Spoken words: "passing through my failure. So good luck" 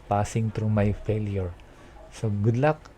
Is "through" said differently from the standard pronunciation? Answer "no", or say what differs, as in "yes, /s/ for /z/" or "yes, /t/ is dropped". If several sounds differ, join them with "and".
yes, /t/ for /θ/